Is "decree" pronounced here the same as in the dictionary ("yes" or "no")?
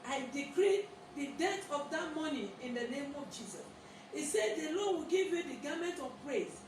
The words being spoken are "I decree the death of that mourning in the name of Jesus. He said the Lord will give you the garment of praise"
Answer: yes